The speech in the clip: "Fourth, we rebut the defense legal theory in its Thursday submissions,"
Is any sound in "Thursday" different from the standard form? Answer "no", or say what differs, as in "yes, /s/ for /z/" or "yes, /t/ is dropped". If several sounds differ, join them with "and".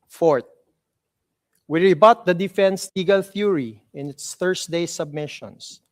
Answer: yes, /s/ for /z/